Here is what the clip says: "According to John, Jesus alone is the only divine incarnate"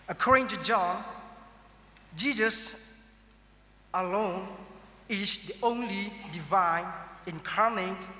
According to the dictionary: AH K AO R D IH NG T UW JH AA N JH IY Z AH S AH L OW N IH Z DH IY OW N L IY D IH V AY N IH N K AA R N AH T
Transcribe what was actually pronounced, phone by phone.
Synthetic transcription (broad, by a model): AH K AO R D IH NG T UW JH AA N JH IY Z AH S AH L OW N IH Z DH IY OW N L IY D IH V AY N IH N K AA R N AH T